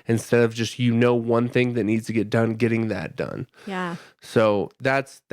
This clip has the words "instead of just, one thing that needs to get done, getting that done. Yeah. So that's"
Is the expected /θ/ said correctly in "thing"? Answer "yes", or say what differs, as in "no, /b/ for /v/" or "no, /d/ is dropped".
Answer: yes